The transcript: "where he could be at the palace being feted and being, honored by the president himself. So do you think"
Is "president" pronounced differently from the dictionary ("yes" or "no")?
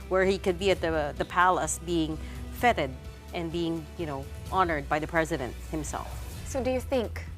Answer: no